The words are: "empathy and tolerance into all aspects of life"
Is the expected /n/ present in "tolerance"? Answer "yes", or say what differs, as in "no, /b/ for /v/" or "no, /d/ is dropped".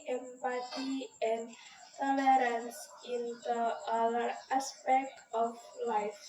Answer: yes